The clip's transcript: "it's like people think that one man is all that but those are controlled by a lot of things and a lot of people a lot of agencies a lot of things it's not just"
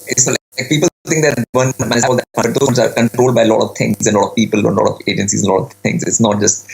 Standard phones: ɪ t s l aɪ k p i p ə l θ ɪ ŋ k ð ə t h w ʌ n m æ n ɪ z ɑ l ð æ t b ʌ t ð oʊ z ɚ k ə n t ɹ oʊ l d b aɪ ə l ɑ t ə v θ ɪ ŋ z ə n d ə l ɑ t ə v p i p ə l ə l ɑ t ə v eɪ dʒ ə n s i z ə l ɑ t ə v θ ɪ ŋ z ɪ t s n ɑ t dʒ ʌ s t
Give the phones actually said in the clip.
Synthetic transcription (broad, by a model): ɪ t s l aɪ k p i p ə l t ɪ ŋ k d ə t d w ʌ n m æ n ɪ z ɑ l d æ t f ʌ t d oʊ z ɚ k ə n t ɹ oʊ l d b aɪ ə l ɑ t ə v t ɪ ŋ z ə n l ɑ t ə v p i p ə l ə l ɑ t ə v eɪ dʒ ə n s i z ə l ɑ t ə v t ɪ ŋ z ɪ t s n ɑ t dʒ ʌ s t